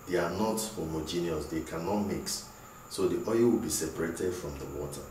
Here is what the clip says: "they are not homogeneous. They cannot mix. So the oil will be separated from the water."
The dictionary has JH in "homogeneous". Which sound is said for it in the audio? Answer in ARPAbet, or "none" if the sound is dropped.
JH